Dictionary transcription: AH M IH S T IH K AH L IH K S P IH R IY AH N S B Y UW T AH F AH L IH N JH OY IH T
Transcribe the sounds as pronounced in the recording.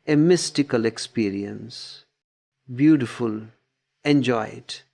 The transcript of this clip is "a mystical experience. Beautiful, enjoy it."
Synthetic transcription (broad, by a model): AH M IH S T IH K AH L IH K S P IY R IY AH N S B Y UW T AH F AH L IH N JH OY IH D